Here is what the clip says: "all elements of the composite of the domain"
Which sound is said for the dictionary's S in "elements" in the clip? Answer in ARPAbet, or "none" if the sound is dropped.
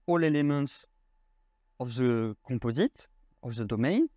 S